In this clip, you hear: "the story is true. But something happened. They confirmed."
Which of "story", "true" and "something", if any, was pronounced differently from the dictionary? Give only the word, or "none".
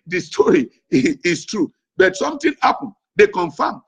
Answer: something